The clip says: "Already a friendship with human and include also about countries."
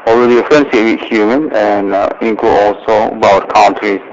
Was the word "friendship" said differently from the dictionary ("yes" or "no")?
yes